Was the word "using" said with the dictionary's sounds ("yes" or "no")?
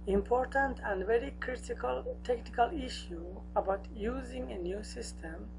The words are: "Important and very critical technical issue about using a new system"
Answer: yes